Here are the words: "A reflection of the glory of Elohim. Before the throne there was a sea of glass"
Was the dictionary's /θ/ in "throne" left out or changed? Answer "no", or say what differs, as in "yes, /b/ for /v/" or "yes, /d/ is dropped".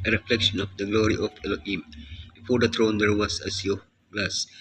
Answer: yes, /t/ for /θ/